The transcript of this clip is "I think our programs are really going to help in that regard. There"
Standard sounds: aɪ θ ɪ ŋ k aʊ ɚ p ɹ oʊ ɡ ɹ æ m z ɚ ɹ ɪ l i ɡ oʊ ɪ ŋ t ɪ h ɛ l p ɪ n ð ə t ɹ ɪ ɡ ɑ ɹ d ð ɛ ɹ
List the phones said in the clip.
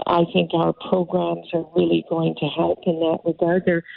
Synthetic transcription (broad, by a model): aɪ θ ɪ ŋ k aʊ ɚ p ɹ oʊ ɡ ɹ æ m z ɚ ɹ ɪ l i ɡ oʊ ɪ ŋ t ɪ h ɛ l p ɪ n ð ə t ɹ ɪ ɡ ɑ ɹ d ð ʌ ɹ